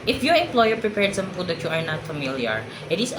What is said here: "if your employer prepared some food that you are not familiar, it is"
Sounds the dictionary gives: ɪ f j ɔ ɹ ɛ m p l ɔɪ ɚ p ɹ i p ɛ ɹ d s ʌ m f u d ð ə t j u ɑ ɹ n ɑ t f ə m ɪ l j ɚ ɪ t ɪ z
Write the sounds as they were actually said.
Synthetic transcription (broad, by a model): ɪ f j ɔ ɹ ɛ m p l ɔɪ ɚ p ɹ i p ɛ ɹ d s ʌ m p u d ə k j u ɑ ɹ n ɑ t f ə m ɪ l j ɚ ɪ t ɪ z